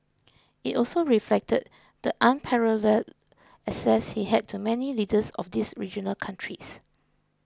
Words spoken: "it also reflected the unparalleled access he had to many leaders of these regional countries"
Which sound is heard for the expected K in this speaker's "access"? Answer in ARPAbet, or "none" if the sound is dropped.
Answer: none